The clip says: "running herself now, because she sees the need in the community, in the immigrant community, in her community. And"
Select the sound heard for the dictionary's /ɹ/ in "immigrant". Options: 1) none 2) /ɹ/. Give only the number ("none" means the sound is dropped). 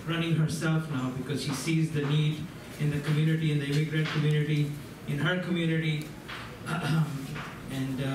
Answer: 2